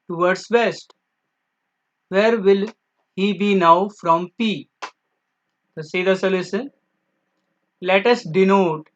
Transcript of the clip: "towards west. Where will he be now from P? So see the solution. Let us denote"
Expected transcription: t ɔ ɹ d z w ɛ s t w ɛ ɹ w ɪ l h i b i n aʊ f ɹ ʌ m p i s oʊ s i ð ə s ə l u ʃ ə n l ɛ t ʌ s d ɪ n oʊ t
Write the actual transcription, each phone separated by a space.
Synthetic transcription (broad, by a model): t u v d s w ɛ s t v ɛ ɹ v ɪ l h i b i n aʊ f ɹ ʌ m p i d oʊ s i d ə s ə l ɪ s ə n l ɛ t ʌ s d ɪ n oʊ t